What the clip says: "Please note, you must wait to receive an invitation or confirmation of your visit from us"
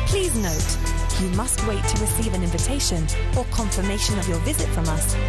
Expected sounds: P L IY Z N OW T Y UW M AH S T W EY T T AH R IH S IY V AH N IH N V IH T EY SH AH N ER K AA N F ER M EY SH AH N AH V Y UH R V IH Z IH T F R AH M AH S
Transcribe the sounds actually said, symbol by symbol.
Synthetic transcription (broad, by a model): P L IY Z N OW T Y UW M AH S T W EY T T AH R IH S IY V AH N IH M V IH T EY SH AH N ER K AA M F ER M EY SH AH N AH V Y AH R V IH Z IH T F R AH M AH S